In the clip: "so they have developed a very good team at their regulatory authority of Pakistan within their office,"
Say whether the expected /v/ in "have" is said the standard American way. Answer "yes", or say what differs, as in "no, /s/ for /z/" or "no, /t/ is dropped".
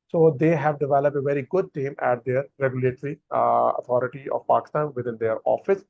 yes